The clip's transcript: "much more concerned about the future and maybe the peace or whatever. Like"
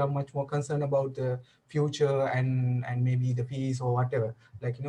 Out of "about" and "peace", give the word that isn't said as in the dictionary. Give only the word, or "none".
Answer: peace